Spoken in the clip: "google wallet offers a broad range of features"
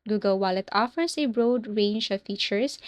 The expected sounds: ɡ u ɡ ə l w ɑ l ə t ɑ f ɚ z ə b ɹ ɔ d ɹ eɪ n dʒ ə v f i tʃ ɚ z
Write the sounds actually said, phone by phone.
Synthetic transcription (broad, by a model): ɡ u ɡ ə l w ɑ l ə t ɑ f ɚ s ə b ɹ ɔ d ɹ eɪ n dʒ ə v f i tʃ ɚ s